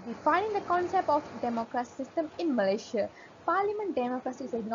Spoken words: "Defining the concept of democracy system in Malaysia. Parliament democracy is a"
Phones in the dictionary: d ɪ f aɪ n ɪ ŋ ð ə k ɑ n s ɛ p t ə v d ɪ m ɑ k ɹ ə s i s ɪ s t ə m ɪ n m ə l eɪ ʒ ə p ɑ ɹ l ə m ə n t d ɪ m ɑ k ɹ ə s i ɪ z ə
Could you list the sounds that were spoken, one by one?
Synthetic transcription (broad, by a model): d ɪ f aɪ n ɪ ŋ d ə k ɑ n s ɛ p t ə f d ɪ m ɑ k ɹ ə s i s ɪ s t ə m ɪ n m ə l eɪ ʃ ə p ɑ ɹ l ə m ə n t d ɪ m ɑ k ɹ ə s i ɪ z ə